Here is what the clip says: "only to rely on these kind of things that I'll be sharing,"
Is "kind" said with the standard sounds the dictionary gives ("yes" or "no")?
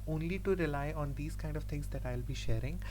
yes